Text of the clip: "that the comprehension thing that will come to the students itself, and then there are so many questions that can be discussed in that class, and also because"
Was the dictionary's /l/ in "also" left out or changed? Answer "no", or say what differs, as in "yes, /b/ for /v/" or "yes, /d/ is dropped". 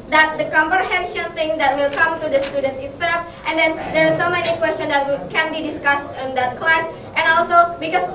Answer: no